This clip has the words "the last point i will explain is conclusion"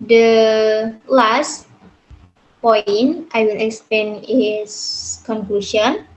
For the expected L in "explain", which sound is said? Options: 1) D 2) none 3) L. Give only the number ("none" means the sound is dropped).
3